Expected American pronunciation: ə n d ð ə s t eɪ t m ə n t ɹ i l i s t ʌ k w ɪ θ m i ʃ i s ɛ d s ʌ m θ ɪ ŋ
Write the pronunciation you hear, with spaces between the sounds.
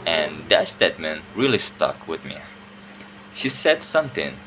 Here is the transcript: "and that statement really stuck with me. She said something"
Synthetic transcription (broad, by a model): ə n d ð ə s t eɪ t m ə n ɹ i l i s t ʌ k w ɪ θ m i ʃ i s ɛ d s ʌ m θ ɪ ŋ